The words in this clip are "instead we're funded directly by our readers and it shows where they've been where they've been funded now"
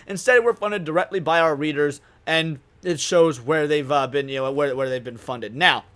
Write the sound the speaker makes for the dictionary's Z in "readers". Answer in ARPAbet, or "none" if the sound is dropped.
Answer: Z